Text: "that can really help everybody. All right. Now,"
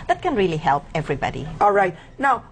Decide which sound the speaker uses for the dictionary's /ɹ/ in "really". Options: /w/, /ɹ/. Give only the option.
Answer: /ɹ/